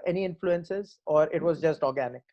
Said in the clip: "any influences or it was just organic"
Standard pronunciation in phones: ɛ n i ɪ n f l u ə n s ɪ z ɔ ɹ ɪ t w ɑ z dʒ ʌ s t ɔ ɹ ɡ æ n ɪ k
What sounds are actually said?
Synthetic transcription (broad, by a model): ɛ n i ɪ n f l u ə n s ɪ z ɔ ɹ ɪ t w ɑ z dʒ ʌ s t ɔ ɹ ɡ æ n ɪ k